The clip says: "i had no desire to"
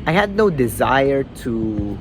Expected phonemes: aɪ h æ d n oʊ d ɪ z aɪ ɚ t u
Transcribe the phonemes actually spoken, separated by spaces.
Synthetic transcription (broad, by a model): aɪ h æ d n oʊ d ɪ z aɪ ɚ t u